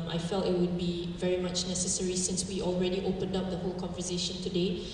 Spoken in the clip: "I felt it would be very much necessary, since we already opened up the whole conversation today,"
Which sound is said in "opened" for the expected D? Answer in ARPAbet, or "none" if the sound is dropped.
D